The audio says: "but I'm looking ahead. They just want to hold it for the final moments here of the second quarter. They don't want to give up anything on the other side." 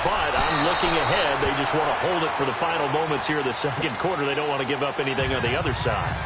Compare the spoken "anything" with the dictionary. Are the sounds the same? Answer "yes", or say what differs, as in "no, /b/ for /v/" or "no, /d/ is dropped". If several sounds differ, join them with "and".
yes